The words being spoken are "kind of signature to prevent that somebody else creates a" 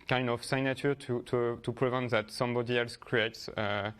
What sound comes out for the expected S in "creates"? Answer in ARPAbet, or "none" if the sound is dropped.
S